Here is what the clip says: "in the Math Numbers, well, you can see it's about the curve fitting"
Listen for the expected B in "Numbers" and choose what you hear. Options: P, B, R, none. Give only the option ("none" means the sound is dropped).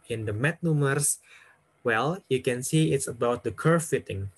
none